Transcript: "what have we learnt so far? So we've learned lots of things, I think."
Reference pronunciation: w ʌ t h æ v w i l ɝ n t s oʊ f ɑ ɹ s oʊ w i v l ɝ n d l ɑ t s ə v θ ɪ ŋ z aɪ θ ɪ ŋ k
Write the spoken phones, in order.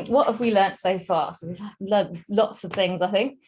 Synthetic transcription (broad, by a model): w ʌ t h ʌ v w i l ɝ n t s oʊ f ɑ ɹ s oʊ w i v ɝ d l l ɑ t s ə v θ ɪ ŋ z aɪ θ ɪ ŋ k